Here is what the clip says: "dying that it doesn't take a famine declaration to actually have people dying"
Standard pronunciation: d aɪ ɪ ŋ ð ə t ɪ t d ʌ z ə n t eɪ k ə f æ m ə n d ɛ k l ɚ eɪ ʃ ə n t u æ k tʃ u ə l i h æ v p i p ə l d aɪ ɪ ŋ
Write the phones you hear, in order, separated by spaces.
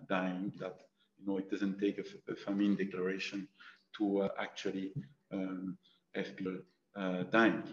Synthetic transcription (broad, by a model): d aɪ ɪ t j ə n ɪ t d ʌ z ə n t eɪ k ə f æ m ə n d ɛ k l ɚ eɪ ʃ ə n t u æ k tʃ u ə l i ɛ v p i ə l d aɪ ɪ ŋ